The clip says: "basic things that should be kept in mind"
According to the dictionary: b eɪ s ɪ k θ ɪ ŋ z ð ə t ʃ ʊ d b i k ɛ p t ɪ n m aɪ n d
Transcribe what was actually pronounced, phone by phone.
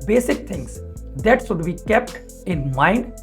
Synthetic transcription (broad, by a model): b eɪ s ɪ k t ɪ ŋ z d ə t s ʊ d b i k ɛ p t ɪ n m aɪ n d